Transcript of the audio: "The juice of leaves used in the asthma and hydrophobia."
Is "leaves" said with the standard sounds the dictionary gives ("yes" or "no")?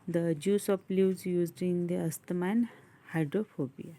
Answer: no